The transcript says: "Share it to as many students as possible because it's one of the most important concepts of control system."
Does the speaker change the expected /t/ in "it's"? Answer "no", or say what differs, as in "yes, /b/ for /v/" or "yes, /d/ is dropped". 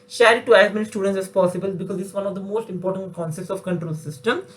yes, /s/ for /t/